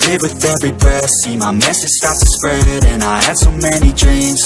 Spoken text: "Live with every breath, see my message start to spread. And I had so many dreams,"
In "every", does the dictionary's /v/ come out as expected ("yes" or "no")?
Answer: yes